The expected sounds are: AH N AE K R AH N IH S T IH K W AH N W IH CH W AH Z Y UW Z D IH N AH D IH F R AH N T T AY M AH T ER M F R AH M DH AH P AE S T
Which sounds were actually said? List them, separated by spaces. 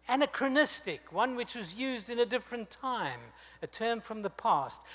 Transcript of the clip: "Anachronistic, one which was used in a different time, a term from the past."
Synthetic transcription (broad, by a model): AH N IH K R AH N IH S T IH K W AH N W IH CH W AH Z Y UW Z D IH N AH D IH F R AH N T T AY M AH T ER M F R AH M DH AH P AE S T